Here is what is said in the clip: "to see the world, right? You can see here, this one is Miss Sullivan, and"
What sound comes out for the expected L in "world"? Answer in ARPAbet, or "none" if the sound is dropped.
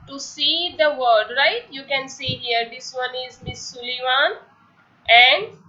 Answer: none